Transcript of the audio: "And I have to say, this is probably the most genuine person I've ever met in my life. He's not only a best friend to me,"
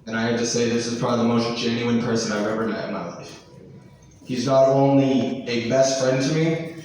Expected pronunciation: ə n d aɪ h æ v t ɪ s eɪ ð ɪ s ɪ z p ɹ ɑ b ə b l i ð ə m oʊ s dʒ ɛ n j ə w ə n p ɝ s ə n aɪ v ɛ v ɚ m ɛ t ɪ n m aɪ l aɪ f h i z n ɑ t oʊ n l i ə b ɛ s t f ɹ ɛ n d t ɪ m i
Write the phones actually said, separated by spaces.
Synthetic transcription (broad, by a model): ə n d aɪ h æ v t ɪ s eɪ ð ɪ s ɪ z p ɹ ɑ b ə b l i ð ə m oʊ s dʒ ɛ n j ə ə n p ɝ s ə n aɪ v ɛ v ɚ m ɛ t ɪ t m aɪ l aɪ f h i z n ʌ t oʊ n l i ə b ɛ s t f ɹ ɛ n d t ɪ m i